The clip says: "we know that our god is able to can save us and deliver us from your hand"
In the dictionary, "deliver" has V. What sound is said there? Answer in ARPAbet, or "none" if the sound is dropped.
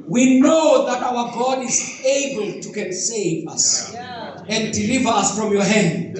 V